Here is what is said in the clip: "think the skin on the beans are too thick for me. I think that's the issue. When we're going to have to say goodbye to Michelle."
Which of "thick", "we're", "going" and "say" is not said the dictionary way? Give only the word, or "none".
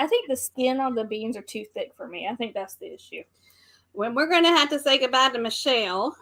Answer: none